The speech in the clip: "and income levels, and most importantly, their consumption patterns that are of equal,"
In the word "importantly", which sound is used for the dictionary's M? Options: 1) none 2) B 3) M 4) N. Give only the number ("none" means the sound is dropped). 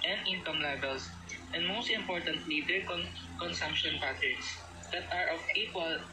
3